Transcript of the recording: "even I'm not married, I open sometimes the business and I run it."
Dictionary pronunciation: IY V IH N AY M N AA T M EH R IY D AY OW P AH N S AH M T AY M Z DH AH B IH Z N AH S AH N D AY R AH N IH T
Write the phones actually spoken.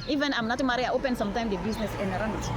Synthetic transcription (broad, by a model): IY V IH N AY M N AA T M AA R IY AY OW P AH N S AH M T AY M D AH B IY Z N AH S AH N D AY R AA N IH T